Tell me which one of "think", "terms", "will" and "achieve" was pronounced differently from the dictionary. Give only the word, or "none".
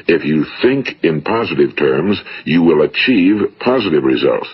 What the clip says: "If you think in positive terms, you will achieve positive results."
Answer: none